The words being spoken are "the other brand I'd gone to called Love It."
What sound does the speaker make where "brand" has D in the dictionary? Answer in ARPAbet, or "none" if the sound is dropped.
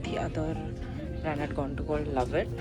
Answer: none